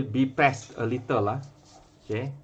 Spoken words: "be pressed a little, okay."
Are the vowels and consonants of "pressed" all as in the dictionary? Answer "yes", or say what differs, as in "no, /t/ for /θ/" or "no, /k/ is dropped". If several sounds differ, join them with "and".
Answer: no, /ɹ/ is dropped